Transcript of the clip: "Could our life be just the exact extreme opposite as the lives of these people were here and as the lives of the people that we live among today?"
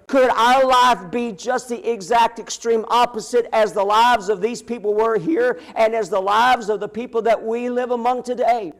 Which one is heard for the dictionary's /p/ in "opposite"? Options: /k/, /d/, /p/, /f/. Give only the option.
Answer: /p/